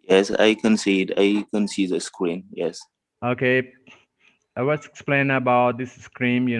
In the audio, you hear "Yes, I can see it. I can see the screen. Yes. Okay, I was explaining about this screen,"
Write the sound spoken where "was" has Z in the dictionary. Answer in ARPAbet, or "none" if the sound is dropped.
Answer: S